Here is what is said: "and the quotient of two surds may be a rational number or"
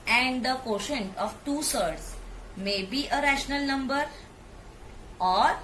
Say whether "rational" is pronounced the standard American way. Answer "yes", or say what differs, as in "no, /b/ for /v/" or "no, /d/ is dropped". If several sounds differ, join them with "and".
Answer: yes